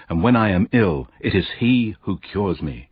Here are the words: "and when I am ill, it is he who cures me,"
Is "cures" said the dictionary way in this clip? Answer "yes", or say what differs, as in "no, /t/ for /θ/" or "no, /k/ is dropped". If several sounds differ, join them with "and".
yes